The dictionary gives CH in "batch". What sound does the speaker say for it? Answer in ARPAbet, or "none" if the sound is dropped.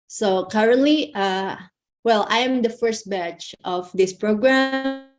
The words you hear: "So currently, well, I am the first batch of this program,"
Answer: CH